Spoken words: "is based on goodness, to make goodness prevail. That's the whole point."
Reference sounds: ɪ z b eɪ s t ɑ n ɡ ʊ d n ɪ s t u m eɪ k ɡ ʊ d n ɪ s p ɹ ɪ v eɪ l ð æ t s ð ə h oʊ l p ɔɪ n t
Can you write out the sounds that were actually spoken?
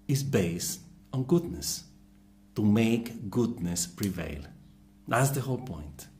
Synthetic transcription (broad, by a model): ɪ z b eɪ s t ɑ n ɡ ʊ d n ɪ s t u m eɪ k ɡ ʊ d n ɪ s p ɹ ɪ v eɪ l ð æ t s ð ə h oʊ l p ɔɪ n t